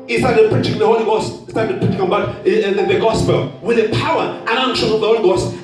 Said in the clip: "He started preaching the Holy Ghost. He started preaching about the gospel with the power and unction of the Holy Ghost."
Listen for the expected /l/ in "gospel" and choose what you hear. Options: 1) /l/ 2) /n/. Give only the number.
1